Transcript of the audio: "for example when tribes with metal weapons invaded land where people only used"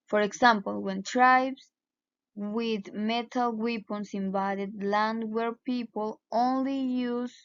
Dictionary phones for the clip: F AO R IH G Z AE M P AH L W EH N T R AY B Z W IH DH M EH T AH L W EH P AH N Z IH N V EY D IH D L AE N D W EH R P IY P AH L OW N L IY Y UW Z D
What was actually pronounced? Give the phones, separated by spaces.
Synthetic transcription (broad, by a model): F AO R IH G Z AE M P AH L W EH N T R AY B S W IH DH M EH T AH L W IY P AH N S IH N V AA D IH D L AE N D W EH R P IY P AH L OW N L IY Y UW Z